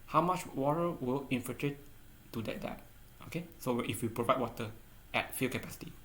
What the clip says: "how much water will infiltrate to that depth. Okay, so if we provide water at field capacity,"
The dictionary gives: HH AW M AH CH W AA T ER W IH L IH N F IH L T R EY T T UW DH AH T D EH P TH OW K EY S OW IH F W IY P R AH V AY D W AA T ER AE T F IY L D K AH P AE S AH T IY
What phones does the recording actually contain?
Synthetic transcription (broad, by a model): HH AW M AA CH W AA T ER W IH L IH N F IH T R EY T T UW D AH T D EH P OW K EY S OW IH F W IY P R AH V AY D W AA T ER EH T F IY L K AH P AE S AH T IY